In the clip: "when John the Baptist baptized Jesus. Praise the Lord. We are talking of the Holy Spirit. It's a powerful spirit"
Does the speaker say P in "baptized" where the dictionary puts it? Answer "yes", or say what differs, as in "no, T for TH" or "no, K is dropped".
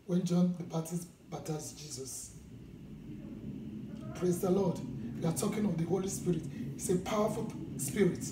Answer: no, P is dropped